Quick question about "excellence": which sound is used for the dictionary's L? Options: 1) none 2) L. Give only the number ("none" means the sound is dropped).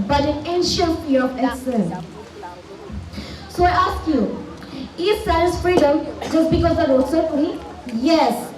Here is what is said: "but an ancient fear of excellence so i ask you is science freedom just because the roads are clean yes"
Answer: 1